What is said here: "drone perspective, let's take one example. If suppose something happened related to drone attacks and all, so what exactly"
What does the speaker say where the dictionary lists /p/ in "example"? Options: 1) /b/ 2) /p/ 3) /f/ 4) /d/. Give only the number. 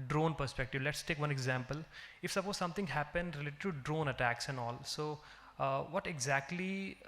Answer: 2